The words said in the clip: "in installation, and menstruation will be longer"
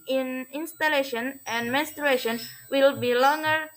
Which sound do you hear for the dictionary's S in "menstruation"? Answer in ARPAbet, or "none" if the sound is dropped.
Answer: S